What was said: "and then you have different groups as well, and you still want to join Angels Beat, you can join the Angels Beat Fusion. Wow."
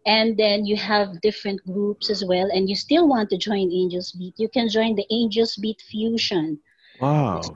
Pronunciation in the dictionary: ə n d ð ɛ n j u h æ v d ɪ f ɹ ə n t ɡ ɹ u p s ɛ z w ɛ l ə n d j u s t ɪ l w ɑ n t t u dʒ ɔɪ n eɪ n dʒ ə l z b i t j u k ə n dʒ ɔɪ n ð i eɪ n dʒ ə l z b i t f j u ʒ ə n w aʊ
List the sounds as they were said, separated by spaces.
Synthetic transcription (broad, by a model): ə n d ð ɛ n j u h æ v d ɪ f ɹ ə n t ɡ ɹ u p s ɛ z w ɛ l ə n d j u s t ɪ l w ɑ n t t u dʒ ɔɪ n eɪ n dʒ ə l s b i t j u k ə n dʒ ɔɪ n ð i eɪ n dʒ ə l s b i t f j u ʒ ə n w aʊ